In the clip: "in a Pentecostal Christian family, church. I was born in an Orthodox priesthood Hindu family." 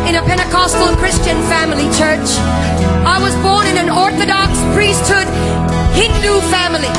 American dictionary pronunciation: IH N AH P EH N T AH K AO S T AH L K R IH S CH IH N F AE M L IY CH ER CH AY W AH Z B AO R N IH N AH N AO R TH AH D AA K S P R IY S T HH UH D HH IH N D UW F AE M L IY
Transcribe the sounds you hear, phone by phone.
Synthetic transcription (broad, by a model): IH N AH P EH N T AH K AO S T L K R IH S CH IH N F AE M L IY CH ER CH AY W AH Z B AO R N IH N AH N AO R TH AH D AA K S P R IY S T HH UH D HH IH N D UW F AE M L IY